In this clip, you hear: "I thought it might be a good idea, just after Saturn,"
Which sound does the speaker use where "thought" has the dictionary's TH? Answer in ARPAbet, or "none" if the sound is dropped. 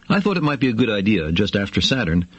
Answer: TH